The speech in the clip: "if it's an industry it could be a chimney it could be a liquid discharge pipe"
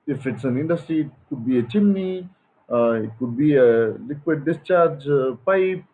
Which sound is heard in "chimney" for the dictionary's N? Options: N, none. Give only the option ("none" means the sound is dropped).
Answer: none